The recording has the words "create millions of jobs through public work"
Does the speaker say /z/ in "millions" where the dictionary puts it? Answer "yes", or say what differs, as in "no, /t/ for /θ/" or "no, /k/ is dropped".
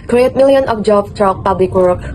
no, /z/ is dropped